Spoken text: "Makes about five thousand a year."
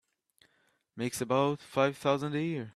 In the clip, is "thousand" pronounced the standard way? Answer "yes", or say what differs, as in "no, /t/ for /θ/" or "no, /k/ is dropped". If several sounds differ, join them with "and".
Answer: yes